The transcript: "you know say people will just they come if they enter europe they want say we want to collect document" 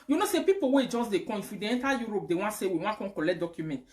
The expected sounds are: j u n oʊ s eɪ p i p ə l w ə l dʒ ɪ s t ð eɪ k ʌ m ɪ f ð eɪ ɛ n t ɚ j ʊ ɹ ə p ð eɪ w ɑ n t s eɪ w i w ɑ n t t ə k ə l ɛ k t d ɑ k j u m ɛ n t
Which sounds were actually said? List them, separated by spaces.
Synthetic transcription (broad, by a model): j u n oʊ s eɪ p i p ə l w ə dʒ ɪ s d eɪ k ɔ ɪ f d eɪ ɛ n t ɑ j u ɹ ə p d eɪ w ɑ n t s eɪ w i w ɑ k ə k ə l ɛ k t d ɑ k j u m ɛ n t